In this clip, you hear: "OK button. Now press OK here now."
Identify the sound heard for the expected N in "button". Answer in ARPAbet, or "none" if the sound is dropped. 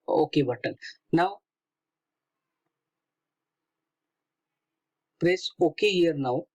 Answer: L